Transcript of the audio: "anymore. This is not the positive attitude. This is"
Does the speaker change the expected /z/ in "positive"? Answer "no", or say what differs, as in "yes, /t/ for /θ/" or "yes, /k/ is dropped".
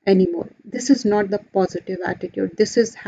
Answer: no